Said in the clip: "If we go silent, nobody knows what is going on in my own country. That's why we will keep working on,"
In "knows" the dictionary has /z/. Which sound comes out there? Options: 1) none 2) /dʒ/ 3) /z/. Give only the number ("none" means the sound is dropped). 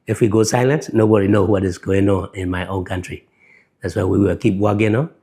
1